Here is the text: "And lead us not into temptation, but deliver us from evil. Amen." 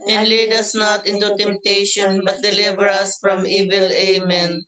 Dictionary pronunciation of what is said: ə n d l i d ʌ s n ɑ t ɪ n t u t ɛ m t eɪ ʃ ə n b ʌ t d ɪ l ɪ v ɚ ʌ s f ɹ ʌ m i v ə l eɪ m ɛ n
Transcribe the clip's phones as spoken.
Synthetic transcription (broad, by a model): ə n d l i d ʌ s n ɑ t ɪ n t u t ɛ m t eɪ ʃ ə n b ʌ t d ɪ l ɪ v ɚ ʌ s f ɹ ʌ m i v ə l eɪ m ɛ n